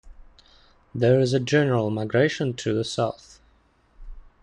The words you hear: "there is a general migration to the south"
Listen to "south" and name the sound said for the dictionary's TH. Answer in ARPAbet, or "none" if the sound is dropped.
TH